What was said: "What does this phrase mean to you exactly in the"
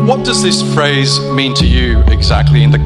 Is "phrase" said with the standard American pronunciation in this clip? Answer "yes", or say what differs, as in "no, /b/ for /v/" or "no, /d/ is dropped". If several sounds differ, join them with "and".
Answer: yes